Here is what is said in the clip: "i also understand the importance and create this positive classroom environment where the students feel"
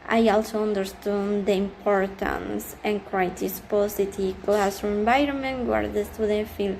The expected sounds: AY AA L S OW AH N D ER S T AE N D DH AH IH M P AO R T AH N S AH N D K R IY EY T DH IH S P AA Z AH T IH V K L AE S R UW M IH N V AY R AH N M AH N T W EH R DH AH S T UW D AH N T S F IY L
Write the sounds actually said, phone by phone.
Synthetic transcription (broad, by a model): AY AA L S OW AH N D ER S T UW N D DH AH IH M P AO R T AH N S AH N K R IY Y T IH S P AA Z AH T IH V K L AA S UW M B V AY R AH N M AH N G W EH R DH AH S T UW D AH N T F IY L